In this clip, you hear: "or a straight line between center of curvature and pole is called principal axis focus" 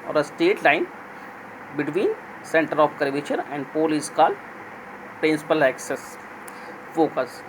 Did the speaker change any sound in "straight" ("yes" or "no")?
yes